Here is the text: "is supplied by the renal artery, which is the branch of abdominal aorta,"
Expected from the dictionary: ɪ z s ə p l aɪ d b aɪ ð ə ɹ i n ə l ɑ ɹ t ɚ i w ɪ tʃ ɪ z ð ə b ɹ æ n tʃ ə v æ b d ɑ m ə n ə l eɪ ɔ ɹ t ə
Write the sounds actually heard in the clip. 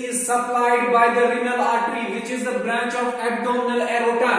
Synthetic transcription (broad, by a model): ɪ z s ə p l aɪ d b aɪ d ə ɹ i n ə l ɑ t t i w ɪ tʃ ɪ z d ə b ɹ æ n tʃ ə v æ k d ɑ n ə l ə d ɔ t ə